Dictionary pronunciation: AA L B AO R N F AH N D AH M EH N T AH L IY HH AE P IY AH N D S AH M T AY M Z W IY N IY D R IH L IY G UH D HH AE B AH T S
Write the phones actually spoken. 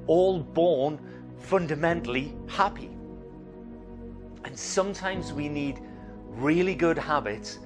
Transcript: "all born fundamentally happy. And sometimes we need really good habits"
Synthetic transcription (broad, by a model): AA L B AO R N F AH N D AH M EH N T L IY HH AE P IY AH N S AH M T AY M Z W IY N IY D R IH L IY G UH D HH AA B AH T S